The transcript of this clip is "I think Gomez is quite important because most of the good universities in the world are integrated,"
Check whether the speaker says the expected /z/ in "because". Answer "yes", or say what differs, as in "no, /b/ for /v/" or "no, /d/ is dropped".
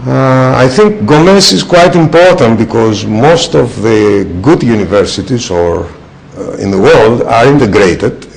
yes